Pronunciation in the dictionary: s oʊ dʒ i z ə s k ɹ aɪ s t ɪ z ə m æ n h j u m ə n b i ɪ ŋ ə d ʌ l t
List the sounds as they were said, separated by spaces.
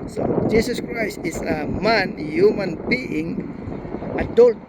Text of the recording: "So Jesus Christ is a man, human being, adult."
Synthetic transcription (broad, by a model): s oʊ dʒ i s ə s k ɹ aɪ s t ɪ s ə m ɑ n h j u m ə n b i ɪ ŋ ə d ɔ l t